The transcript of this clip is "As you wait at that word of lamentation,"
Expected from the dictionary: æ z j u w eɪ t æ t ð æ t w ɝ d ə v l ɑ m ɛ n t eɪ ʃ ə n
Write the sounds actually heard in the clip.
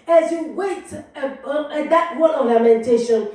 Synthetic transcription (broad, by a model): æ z j u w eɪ ɪ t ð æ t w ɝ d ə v l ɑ m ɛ n t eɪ ʃ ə n